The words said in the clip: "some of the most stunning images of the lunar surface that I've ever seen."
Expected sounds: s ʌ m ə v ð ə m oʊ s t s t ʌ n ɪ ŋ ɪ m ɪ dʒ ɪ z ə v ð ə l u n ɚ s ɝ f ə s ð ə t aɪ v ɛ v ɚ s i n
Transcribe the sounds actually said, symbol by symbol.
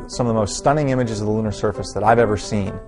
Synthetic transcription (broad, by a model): s ʌ m ə v ð ə m oʊ s t s t ʌ n ɪ ŋ ɪ m ɪ dʒ ɪ z ə v ð ə l u n ɚ s ɝ f ə s ð ə t aɪ v ɛ v ɚ s i n